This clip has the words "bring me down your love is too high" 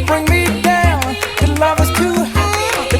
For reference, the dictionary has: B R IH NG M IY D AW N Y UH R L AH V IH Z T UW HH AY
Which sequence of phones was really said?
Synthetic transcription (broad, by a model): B R IH NG M IY D AW N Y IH L AH V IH S T UW